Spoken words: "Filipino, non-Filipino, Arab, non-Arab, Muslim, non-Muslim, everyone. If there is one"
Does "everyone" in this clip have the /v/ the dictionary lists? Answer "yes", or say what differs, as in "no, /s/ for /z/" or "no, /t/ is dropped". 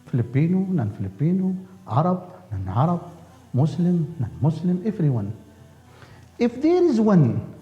no, /f/ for /v/